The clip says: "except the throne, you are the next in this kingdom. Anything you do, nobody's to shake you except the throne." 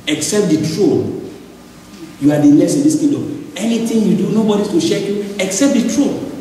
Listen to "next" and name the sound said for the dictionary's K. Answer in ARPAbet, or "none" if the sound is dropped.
none